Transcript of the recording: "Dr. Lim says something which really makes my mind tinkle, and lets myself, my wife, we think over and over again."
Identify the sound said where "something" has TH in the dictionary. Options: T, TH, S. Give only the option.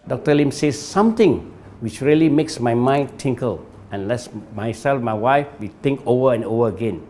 T